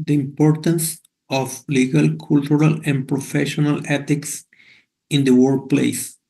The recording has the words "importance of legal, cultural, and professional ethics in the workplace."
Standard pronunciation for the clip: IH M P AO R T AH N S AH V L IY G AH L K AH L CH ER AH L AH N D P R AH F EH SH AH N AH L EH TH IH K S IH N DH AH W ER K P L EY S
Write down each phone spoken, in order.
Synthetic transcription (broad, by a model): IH M P AO R T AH N S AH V L IY G AH L K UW L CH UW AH L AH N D P R AH F EH SH AH N AH L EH T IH K S IH N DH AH W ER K P L EY S